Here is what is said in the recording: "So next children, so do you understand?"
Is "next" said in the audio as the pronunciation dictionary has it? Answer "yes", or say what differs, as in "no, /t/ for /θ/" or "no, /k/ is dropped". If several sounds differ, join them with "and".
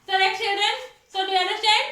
no, /s/ is dropped